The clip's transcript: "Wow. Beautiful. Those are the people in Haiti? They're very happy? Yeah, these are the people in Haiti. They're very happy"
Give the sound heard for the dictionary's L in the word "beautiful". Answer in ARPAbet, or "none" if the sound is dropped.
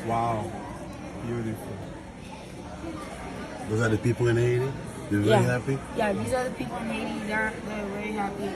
N